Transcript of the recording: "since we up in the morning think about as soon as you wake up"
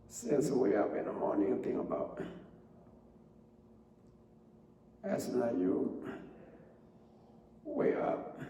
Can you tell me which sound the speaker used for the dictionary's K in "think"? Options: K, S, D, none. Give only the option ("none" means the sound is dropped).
none